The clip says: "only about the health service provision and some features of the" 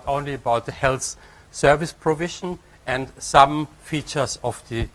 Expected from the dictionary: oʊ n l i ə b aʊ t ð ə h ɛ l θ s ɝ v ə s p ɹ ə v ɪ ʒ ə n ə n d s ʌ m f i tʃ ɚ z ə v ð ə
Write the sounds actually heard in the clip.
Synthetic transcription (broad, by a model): oʊ n l i ə b aʊ t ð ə h ɛ l θ s ɝ v ə s p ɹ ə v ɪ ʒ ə n ə n d s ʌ m f i tʃ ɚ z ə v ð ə